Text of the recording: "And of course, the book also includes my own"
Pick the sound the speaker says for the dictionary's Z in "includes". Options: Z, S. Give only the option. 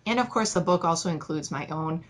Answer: Z